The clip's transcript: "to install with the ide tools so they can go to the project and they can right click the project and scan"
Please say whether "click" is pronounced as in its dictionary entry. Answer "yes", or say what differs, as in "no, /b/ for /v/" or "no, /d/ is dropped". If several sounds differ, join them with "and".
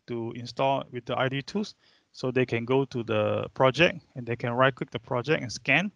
no, /w/ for /l/